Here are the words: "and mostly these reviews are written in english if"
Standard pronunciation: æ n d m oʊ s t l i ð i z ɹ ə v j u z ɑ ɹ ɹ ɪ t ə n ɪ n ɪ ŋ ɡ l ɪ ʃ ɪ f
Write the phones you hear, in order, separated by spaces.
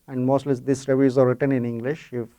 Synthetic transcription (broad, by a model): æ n d m oʊ s t l i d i s ɹ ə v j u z ɑ ɹ ɹ ɪ t ə n ɪ n ɪ ŋ ɡ l ɪ ʃ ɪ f